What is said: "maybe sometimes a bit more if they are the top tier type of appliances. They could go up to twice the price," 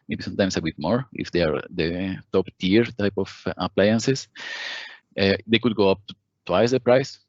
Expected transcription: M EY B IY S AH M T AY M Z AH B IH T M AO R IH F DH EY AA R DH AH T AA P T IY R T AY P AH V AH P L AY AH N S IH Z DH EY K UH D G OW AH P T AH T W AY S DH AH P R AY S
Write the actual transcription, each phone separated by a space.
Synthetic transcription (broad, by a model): M EY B IY S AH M T AY M S AH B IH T M AO R IH F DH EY AA R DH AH T AA P T IY R T AY P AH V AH P L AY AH N S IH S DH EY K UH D G OW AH P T T W AY S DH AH P R AY S